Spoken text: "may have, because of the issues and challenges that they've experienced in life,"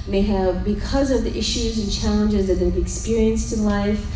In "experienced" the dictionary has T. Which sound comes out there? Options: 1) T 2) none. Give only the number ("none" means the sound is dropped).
1